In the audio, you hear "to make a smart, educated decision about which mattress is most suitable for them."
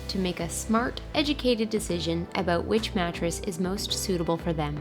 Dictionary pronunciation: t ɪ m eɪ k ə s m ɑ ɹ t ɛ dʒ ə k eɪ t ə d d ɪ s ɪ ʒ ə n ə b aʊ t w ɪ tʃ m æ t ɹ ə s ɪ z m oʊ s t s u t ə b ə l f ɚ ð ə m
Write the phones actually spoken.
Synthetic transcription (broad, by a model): t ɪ m eɪ k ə s m ɑ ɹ t ɛ dʒ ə k eɪ t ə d d ɪ s ɪ ʒ ə n ə b aʊ t w ɪ tʃ m æ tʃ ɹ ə s ɪ z m oʊ s t s u t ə b l f ɚ ð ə m